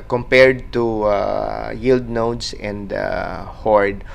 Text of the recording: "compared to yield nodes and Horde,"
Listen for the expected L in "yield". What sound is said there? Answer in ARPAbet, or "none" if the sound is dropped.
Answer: L